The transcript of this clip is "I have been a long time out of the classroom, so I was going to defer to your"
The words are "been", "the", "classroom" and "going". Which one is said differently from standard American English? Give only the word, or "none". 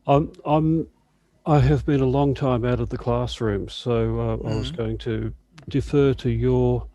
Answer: none